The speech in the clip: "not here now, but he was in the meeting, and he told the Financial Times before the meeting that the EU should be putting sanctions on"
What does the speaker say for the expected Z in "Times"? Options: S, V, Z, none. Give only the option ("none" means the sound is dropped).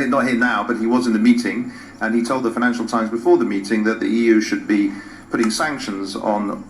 Z